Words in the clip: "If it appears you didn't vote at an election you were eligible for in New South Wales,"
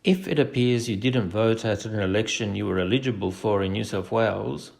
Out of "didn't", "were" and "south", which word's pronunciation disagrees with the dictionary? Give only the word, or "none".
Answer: south